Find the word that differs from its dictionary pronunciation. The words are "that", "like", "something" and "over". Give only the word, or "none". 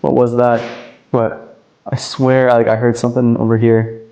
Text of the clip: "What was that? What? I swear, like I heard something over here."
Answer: none